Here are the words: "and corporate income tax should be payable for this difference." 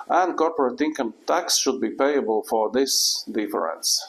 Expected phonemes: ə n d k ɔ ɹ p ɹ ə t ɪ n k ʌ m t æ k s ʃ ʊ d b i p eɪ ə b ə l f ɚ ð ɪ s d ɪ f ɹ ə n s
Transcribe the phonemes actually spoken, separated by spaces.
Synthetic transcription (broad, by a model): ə n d k ɔ ɹ p ɹ ə t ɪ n k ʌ m t æ k s ʃ ʊ d b i p eɪ ə b ə l f ɚ ð ɪ s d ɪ f ɹ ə n s